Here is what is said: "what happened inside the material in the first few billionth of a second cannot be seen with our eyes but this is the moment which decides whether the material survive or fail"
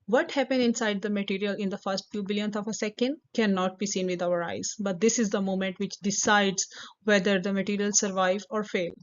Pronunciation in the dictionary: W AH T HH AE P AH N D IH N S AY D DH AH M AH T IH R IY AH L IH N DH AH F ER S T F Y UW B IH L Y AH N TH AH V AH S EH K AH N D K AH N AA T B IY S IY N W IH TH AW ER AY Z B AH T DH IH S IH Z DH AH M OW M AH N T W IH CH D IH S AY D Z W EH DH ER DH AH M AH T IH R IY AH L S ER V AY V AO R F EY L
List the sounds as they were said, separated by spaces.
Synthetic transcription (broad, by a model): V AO T HH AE P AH N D IH N S AY D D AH M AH T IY R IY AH L IH N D AH F ER S T F Y UW B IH L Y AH N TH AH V AH S EH K AH N D K AH N AA T B IY S IY N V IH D AW ER AY Z B AH T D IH S IH Z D AH M OW M AH N T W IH CH D IH S AY D Z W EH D ER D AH M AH T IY R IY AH L S ER V AY V AO R F EY L